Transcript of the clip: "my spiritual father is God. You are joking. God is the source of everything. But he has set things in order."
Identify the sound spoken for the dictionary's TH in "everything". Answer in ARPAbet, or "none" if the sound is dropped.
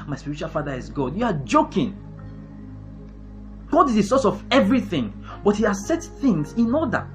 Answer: TH